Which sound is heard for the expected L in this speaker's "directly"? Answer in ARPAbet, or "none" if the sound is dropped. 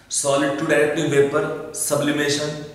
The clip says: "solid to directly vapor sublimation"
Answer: none